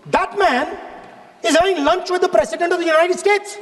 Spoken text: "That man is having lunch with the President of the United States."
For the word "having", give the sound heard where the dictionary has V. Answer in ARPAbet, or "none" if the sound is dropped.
none